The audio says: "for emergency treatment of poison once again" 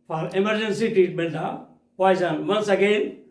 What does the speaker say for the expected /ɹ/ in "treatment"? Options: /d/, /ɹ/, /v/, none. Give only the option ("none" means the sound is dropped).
none